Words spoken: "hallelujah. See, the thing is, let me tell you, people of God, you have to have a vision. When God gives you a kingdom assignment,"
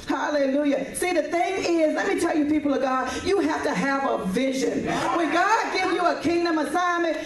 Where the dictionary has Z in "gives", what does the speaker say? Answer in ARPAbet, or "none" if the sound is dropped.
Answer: none